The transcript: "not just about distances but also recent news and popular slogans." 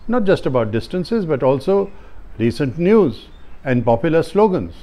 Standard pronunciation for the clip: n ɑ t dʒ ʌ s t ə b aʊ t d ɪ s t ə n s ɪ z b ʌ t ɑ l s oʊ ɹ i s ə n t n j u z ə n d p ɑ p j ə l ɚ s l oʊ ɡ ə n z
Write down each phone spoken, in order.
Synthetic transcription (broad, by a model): n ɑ t dʒ ʌ s t ə b aʊ t d ɪ s t ə n s ɪ z b ʌ t ɑ l s oʊ ɹ i s ə n t n j u z ə n d p ɑ p j ə l ɚ s l oʊ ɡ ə n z